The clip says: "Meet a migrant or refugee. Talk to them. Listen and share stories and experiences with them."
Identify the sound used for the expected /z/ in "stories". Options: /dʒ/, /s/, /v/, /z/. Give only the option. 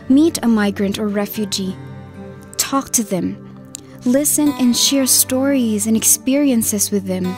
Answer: /z/